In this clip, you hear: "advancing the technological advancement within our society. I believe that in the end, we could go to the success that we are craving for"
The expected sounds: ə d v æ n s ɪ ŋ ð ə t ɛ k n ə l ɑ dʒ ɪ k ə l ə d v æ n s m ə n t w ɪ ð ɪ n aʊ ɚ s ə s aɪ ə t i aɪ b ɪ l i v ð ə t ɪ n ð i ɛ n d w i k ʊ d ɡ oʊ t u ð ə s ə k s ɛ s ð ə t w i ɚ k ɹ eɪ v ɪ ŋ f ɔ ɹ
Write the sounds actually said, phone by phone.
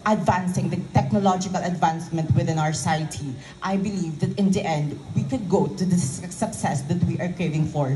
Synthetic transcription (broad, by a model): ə d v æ n s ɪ ŋ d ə t ɛ k n ə l ɑ dʒ ɪ k ə l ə d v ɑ n s m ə n t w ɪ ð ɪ n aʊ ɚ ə s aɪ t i aɪ b ɪ l i v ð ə t ɪ n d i ɛ n d w i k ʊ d ɡ oʊ t u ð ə s ə k s ɛ s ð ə t w i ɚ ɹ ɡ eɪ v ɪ ŋ f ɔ ɹ